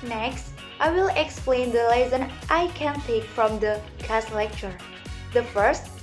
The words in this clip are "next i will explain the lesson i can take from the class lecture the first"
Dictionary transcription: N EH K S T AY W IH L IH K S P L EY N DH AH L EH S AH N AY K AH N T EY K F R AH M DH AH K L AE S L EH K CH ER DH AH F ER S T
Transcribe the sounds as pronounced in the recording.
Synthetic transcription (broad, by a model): N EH K S T AY W IH L IH K S P L EY N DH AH L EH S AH N AY K AH N T EY K F R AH M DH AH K AE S L EH K CH ER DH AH F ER S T